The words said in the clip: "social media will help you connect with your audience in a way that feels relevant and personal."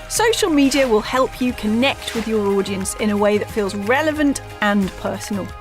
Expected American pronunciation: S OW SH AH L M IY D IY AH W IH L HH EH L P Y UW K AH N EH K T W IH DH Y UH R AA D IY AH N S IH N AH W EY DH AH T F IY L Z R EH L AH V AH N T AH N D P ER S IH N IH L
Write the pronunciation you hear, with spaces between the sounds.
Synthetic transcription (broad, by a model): S OW SH AH L M IY D IY AH W IH L HH EH L P Y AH K AH N EH K T W IH DH Y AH R AA D IY AH N S IH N AH W EY DH AH T F IY L Z R EH L AH V AH N T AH N P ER S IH N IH L